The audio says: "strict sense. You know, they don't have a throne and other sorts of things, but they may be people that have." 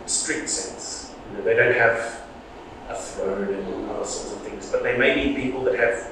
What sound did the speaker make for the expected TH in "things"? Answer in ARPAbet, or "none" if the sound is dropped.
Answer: TH